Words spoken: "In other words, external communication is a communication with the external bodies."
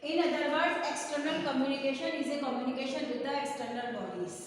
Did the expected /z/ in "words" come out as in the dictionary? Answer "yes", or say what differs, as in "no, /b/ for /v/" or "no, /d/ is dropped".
no, /z/ is dropped